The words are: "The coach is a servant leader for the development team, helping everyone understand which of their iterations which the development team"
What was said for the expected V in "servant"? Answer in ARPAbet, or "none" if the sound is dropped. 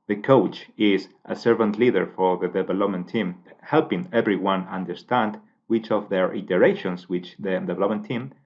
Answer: V